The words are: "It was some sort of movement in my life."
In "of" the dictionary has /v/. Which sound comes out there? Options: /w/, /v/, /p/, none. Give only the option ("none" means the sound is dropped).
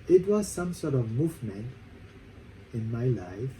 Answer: /v/